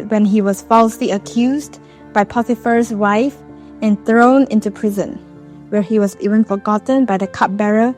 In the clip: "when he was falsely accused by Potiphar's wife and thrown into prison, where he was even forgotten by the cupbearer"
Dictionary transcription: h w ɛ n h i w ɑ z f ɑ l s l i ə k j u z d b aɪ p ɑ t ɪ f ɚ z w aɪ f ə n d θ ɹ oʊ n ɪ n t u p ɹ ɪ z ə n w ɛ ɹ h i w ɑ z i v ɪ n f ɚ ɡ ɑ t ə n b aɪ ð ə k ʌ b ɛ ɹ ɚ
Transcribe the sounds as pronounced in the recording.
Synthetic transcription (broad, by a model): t w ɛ n h i w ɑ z f ɑ l s l i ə k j u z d b aɪ p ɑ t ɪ f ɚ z w aɪ f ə n θ ɹ oʊ n ɪ n t u p ɹ ɪ z ə n w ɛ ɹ h i w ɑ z i v ɪ n f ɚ ɡ ɑ t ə n b aɪ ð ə k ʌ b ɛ ɹ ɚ